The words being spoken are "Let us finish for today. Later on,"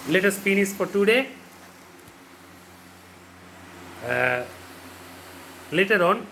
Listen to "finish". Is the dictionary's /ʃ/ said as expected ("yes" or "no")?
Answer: no